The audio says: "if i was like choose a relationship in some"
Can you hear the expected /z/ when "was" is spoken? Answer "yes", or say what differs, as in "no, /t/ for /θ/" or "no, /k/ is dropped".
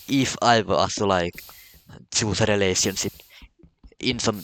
no, /s/ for /z/